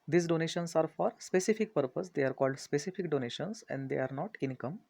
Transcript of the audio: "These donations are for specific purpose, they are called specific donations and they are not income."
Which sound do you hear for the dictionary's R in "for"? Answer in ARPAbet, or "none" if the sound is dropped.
R